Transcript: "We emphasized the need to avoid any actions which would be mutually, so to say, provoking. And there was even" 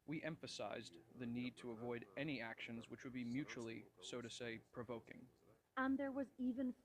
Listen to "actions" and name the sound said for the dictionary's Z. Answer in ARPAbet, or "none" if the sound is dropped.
Z